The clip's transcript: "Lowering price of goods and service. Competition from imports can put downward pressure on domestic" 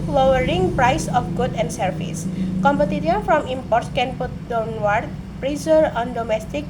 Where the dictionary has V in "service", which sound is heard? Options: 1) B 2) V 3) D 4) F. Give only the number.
4